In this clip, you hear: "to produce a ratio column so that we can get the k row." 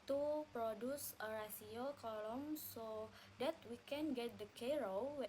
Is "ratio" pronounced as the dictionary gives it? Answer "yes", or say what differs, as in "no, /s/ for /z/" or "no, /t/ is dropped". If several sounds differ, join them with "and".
no, /s/ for /ʃ/